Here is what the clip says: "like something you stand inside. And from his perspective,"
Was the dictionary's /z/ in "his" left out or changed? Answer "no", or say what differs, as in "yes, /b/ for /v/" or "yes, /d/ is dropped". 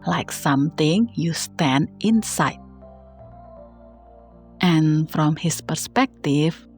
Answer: yes, /s/ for /z/